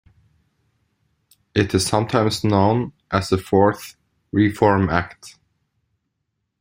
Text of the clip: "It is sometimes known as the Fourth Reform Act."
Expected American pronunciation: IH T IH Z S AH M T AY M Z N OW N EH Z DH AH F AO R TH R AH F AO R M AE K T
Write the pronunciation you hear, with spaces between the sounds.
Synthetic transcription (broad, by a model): IH T IH Z S AH M T AY M Z N OW N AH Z DH AH F AO R TH R AH F AO R M AE K T